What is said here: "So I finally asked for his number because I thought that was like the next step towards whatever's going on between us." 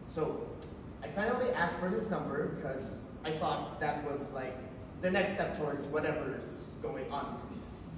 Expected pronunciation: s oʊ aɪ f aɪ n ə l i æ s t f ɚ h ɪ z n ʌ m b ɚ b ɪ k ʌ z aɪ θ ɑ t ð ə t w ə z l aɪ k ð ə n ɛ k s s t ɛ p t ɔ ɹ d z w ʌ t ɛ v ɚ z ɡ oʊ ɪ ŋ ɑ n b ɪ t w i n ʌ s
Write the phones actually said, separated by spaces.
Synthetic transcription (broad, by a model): s oʊ aɪ f aɪ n l i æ s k f ɚ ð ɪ s n ʌ m b ɚ b ɪ k ʌ z aɪ θ ɑ t ð ə t w ə z l aɪ k ð ə n ɛ k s s t ɛ p t ɔ ɹ d z w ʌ t ɛ v ɚ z ɡ oʊ ɪ ŋ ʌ n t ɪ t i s